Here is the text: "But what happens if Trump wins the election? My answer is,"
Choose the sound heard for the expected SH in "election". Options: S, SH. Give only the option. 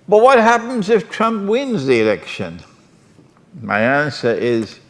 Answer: SH